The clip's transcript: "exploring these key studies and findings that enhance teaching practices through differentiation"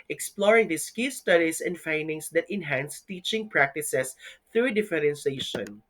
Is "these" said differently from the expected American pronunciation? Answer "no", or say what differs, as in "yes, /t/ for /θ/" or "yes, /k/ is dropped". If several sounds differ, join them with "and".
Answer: yes, /s/ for /z/